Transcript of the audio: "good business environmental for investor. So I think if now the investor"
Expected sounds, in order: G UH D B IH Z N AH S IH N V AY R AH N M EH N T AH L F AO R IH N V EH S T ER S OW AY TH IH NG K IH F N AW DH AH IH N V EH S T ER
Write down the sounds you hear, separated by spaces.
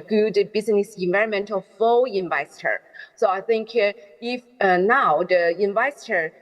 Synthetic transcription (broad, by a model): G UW D B IH Z N AH S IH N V AY R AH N M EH N T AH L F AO L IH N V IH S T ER S OW AY TH IH NG K IH F N AW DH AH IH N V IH S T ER